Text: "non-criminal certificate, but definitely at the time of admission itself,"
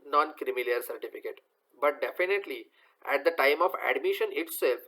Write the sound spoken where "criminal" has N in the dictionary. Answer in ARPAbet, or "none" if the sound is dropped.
L